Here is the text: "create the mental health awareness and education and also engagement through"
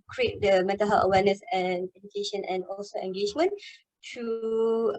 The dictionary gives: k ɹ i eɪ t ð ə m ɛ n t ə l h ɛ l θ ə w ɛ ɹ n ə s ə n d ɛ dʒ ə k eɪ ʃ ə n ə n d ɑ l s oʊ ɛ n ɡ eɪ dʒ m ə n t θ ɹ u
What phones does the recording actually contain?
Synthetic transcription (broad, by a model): k ɹ i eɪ t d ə m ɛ t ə h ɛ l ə w ɛ n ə s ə n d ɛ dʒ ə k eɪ ʃ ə n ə n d ɑ l s oʊ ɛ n ɡ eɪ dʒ m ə n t u